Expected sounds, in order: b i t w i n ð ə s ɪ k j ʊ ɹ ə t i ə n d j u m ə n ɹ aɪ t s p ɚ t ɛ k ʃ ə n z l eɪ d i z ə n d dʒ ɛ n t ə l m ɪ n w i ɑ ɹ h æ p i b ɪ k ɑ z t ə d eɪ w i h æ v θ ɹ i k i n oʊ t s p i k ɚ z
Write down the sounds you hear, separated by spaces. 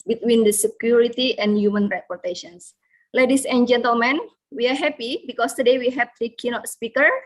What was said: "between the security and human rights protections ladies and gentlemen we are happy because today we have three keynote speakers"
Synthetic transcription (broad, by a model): b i t w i n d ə s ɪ k j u ɹ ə t i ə n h j u m ə n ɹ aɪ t p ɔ t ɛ ʃ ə n s l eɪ d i s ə n dʒ ɛ n t ə l m ɪ n w i ɑ ɹ h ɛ p i b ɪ k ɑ s t ə d eɪ w i h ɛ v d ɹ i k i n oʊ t s p i k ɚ